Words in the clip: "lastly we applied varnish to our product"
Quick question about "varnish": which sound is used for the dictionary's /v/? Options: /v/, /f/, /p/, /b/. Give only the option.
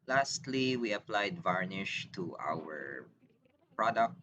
/v/